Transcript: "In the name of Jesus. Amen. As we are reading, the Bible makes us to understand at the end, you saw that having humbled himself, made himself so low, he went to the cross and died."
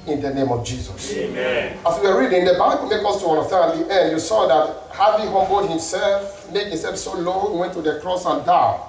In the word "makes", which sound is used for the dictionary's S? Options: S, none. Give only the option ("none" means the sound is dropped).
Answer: none